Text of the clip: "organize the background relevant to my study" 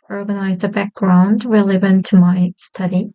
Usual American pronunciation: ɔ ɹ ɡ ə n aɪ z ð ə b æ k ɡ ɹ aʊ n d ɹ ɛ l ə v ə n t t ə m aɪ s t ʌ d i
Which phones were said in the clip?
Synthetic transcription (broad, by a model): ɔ ɹ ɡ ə n aɪ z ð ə b æ k ɡ ɹ aʊ n d w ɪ l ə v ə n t t ə m aɪ s t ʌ d i